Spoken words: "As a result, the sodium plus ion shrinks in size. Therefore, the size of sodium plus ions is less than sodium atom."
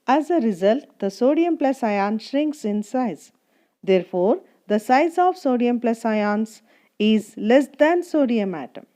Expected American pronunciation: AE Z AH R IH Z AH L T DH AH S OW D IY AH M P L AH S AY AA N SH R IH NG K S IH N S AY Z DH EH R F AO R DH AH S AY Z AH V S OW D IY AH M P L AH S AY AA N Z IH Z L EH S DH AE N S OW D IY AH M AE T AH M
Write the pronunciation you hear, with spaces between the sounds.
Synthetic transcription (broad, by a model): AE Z AH R IH Z AH L T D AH S OW D IY AH M P L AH S AY AA N SH R IH NG K S IH N S AY Z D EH R F AO R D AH S AY Z AH V S OW D IY AH M P L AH S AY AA N S IH Z L EH S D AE N S OW D IY AH M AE T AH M